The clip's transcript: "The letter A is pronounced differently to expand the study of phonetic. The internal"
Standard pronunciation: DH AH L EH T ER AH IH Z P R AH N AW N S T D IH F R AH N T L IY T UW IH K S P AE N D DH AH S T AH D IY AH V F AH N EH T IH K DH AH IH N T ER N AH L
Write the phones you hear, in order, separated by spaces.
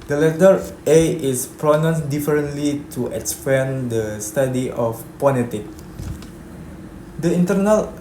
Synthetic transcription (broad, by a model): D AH L EH T ER AH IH S P R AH N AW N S D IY F R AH N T L IY T UW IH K S P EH N D AH S T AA D IY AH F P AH L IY T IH K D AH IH N T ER N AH L